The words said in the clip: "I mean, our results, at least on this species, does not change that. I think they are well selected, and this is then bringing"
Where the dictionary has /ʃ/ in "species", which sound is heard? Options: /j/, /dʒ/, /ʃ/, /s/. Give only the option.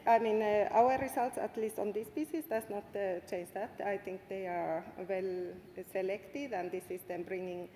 /s/